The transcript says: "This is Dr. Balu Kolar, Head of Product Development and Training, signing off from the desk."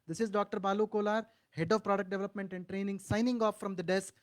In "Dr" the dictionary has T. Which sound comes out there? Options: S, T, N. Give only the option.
T